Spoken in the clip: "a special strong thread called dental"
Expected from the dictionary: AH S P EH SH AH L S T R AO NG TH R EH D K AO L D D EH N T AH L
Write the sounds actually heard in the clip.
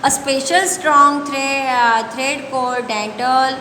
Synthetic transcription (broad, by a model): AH S P EH SH AH L S T R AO NG T R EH D K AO D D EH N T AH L